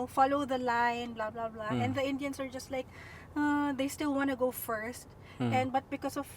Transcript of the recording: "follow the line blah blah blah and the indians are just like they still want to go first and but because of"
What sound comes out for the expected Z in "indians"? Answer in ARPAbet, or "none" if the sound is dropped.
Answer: S